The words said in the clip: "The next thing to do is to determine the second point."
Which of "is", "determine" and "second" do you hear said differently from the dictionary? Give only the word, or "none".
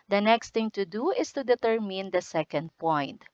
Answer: is